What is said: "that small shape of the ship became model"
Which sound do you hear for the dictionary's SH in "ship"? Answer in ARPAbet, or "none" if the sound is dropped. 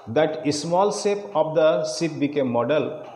S